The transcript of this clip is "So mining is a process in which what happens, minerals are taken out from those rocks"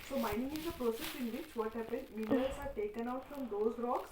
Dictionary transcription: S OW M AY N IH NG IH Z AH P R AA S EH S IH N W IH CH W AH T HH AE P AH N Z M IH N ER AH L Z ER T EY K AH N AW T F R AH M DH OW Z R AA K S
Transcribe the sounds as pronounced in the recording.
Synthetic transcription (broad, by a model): S OW M AY N IH NG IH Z AH P R AA S EH S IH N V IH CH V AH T HH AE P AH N M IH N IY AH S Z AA T EY K AH N AW T F R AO M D OW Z R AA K S